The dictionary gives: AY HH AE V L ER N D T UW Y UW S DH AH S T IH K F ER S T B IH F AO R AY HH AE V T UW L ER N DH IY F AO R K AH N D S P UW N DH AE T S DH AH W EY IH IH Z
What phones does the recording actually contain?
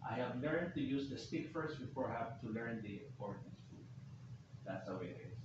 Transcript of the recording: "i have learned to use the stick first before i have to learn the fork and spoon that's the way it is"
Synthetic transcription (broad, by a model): AY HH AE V L ER N D T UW Y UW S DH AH S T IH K F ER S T B IH F AO R AY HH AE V T UW L ER N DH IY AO R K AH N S F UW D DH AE T S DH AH W EY IH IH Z